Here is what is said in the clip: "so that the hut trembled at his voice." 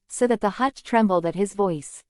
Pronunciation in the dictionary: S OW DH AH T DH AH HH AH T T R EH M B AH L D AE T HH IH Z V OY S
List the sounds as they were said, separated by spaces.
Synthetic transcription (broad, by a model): S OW DH AH T DH AH HH AH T T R EH M B L D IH T HH IH Z V OY S